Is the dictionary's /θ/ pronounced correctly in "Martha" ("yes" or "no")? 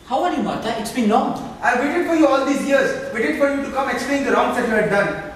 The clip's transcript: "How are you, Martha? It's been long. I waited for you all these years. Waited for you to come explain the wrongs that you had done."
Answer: no